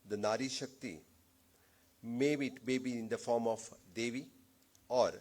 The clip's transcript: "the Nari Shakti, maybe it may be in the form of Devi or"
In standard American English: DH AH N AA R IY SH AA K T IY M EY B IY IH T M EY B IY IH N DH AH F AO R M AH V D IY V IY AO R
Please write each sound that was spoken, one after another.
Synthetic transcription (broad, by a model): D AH N AA R IY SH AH K T IY M EY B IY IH T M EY B IY IH N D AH F AO R M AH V D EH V IY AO R